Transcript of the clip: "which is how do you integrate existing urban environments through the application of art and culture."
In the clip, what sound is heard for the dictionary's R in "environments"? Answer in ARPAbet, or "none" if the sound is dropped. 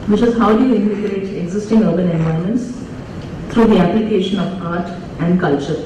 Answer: none